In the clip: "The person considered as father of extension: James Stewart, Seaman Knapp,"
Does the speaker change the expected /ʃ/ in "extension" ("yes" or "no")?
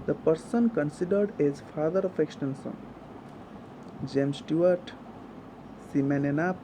yes